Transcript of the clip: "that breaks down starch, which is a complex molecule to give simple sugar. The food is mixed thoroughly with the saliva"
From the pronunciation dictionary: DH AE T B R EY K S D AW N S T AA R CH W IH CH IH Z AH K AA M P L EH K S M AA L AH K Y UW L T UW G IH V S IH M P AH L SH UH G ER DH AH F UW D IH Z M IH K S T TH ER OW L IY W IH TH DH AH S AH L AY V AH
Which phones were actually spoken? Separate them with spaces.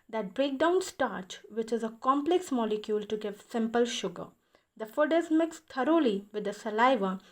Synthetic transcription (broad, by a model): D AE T B R EY K D AW N S T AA R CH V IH CH IH Z AH K AA M P L EH K S M AA L AH K Y UW L T UW G IH V S IH M P AH L SH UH G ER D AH F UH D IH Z M IH K S T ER OW L IY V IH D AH S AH L AY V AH